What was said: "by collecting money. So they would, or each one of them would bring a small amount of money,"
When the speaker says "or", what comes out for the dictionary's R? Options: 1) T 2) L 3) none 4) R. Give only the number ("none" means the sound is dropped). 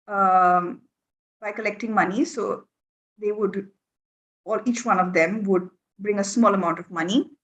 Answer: 2